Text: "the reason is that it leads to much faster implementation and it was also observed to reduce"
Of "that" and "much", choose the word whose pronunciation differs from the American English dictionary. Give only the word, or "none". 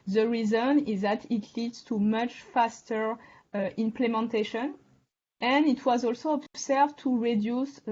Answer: none